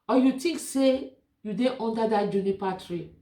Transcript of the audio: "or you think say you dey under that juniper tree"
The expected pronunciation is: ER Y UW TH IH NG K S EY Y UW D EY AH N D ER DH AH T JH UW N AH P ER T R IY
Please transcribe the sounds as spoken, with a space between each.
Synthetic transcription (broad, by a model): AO Y UW T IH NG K S EY Y UW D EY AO N D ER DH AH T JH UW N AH P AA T R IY